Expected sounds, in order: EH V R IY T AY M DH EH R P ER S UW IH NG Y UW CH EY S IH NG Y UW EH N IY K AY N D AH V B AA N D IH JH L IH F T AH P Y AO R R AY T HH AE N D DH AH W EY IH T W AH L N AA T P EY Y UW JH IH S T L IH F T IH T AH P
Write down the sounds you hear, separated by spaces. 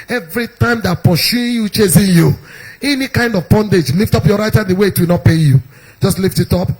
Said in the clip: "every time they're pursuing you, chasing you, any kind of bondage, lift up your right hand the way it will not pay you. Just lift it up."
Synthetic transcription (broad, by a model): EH V R IY T AY M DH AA P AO SH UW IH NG Y UW CH EY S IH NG Y UW EH N IY K AY N D AH V B AA N D IH JH L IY F T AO P Y AO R R AY T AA D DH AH W EY IH T W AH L N AA T P EY Y UW JH IH S T L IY F T IH T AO P